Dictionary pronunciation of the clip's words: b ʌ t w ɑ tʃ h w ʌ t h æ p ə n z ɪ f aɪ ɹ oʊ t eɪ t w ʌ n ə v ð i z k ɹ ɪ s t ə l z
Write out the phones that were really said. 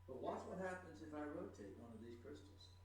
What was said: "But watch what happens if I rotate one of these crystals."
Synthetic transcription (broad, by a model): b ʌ t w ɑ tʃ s w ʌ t h æ p ə n z ɪ f aɪ ɹ oʊ t eɪ t w ʌ n ə v ð i z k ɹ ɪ s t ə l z